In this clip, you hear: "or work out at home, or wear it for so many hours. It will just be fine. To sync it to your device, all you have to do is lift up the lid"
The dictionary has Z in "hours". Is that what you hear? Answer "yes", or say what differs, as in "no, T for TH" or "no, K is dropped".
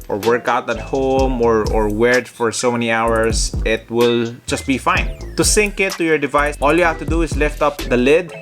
no, S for Z